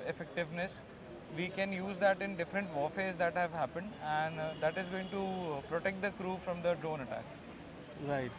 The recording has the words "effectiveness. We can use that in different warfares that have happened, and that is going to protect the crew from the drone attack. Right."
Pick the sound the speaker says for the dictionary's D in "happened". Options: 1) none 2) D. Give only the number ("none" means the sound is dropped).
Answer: 2